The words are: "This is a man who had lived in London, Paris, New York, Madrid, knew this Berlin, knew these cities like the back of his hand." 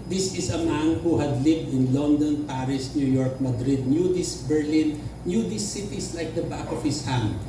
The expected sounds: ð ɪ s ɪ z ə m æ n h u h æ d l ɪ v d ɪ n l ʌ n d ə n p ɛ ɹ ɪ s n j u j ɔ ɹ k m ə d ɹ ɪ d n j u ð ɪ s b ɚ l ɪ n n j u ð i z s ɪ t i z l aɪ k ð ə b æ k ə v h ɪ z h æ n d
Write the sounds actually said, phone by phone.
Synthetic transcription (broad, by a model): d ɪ s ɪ s ə m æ n h u h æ d l ɪ v d ɪ n l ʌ n d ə n p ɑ ɹ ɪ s n j u j ɔ ɹ k m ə d ɹ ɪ d n j u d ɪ s b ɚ l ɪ n n j u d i s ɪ t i s l aɪ k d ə b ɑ k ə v h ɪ s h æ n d